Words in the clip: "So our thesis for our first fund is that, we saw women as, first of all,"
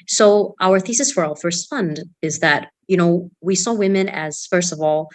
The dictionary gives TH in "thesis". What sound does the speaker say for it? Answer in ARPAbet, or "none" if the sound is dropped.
TH